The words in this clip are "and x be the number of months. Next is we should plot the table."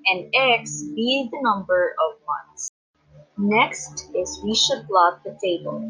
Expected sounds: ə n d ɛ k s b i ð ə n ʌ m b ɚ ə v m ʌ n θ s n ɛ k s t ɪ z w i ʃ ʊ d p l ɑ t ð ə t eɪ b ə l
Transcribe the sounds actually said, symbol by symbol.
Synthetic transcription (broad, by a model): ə n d ɛ k s b i ð ə n ʌ m b ɚ ə v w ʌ n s n ɛ k s t ɪ z w i ʃ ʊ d b l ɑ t ð ə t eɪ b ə l